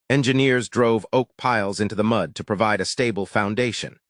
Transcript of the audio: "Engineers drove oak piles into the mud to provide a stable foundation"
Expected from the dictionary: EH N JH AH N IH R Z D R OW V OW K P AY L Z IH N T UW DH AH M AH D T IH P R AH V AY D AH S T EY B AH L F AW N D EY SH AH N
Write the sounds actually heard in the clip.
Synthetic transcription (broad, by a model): EH N JH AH N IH R Z D R OW V OW K P AY L Z IH N T UW DH AH M AH D T IH P R AH V AY D AH S T EY B L F AW N D EY SH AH N